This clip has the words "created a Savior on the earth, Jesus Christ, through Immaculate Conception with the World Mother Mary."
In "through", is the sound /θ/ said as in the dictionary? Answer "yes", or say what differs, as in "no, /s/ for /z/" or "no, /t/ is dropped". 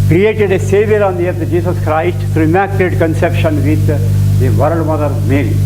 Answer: no, /t/ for /θ/